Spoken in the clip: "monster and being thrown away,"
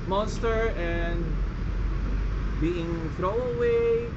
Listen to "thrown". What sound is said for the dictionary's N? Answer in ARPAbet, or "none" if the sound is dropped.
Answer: none